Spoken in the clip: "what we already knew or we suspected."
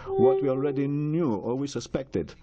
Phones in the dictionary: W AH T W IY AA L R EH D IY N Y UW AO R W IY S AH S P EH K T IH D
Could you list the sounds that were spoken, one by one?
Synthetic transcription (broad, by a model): W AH T W IY AA L R EH D IY N Y UW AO L W IY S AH S P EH K T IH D